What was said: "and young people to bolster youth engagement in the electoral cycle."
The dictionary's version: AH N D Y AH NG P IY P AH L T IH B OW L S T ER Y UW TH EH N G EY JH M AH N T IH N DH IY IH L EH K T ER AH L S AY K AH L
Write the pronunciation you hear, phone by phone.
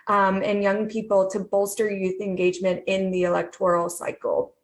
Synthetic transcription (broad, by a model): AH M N Y AH NG P IY P L T IH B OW L S T ER Y UW TH EH N G EY JH M AH N T IH N DH IY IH L EH K T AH L S AY K L